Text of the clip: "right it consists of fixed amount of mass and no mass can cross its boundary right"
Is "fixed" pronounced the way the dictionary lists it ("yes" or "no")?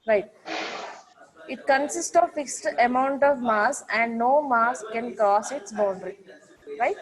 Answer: yes